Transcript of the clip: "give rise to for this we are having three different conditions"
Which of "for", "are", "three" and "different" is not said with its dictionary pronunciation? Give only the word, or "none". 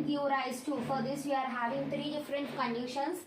three